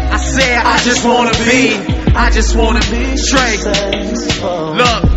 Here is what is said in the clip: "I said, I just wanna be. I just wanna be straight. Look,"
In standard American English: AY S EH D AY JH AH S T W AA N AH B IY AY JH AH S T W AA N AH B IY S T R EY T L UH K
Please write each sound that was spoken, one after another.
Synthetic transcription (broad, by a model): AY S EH AY JH AH S T W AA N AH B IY AY JH AH S T W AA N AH B IY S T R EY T L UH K